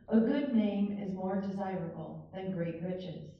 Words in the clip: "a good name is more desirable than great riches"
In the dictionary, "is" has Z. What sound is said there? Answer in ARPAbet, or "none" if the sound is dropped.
Z